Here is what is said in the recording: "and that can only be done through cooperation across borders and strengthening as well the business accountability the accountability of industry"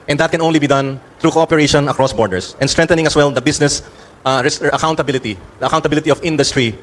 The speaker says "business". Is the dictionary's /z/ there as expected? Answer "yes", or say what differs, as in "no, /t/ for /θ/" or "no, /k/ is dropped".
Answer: no, /s/ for /z/